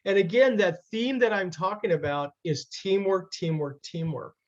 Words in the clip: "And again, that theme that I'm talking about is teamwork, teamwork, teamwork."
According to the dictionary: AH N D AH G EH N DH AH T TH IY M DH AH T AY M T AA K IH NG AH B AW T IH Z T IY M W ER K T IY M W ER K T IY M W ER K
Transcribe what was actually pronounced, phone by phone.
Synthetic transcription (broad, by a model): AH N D AH G EH N DH AH T TH IY M DH AH T AY M T AA K IH NG AH B AW T IH Z T IY M W ER K T IY M W ER K T IY M W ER K